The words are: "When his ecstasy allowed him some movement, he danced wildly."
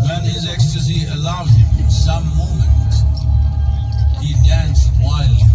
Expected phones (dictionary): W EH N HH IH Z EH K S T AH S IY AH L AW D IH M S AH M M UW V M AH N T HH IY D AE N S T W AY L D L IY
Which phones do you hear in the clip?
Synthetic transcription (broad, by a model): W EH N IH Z EH K S T AH S IY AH L AW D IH M S AH M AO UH M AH N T HH IY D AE N S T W AY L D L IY